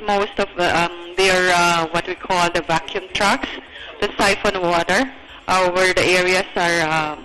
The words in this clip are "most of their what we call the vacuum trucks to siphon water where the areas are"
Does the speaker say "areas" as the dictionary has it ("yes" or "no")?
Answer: no